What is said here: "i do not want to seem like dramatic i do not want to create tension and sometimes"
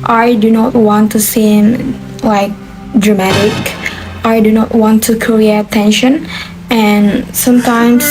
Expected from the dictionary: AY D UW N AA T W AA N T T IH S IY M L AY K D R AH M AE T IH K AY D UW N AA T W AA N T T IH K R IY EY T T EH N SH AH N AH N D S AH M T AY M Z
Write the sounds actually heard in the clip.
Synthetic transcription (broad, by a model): AY D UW N AA T W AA N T T IH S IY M L AY K D R AH M AE T IH K AY D UW N AA T W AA N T T IH K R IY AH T T EH N SH AH N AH N S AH M T AY M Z